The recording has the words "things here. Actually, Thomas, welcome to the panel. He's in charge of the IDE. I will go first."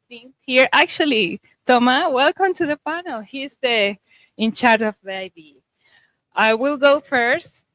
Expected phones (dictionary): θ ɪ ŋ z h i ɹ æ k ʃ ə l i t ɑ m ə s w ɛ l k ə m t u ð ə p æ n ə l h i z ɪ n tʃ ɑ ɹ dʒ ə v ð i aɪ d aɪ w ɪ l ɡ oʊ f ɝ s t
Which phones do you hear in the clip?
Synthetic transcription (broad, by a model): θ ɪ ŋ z h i ɹ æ k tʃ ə l i t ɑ m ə w ɛ l k ə m t u ð ə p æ n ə l h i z ɪ n tʃ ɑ ɹ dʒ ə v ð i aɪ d aɪ w ɪ l ɡ oʊ f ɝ s t